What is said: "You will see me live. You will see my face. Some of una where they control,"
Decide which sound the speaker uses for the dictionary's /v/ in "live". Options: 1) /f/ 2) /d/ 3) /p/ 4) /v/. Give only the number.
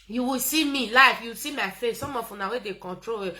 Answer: 1